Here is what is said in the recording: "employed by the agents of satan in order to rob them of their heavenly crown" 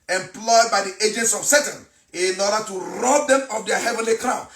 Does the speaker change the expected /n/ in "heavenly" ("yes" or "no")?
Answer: no